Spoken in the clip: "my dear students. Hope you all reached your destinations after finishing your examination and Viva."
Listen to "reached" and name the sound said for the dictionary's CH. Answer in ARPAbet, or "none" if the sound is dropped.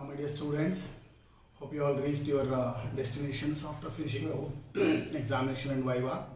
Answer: S